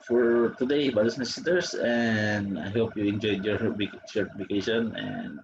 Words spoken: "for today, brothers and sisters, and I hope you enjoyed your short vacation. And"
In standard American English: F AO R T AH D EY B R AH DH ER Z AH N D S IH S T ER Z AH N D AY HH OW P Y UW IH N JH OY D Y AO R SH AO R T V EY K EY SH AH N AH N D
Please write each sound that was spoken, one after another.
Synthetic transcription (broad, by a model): F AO R T AH D EY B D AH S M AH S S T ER S AH N D AY HH OW P Y UW IH N JH OY D Y AO R S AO R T F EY K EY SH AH N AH N D